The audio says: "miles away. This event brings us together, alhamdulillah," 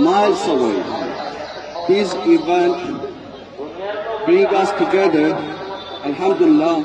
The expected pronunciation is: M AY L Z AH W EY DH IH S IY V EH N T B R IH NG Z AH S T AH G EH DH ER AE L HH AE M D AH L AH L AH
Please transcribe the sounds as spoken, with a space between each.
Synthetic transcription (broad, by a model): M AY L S AH W EY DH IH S IY V EH N T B R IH NG AH S T AH G EH DH ER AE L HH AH M D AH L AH L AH